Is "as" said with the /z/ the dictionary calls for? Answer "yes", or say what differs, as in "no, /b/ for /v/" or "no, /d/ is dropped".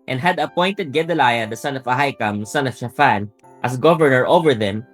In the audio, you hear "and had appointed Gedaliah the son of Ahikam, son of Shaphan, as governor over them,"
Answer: no, /s/ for /z/